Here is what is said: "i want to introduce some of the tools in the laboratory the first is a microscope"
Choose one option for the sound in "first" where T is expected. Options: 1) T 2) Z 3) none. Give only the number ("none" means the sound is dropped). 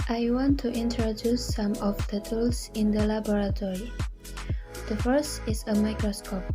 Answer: 1